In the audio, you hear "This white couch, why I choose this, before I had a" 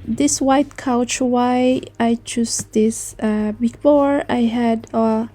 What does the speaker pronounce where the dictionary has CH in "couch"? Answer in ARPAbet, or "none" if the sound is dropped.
CH